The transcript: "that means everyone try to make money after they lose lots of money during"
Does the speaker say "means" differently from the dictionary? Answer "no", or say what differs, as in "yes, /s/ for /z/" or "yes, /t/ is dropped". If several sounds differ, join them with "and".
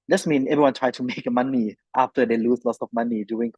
yes, /z/ is dropped